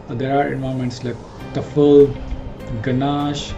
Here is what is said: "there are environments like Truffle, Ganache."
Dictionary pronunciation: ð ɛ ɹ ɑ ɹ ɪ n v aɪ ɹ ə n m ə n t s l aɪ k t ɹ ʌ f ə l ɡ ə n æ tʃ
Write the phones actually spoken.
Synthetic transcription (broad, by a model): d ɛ ɹ ɑ ɹ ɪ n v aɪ ə m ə n t s l aɪ k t ʌ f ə l ɡ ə n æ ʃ